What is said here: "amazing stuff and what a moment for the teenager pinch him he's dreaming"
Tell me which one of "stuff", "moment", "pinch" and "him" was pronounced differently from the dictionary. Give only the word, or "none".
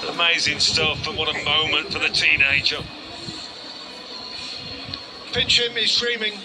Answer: pinch